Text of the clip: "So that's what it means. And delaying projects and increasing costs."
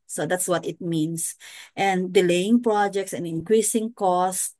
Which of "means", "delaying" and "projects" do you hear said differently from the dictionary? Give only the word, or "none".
means